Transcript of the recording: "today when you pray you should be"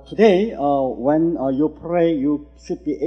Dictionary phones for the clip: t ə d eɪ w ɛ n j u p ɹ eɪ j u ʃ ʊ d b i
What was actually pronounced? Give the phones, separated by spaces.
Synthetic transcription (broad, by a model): t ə d eɪ w ɛ n j u p ɹ eɪ j u s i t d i